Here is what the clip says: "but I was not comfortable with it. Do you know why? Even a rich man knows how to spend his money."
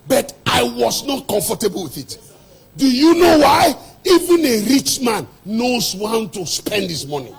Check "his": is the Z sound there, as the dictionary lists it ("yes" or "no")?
no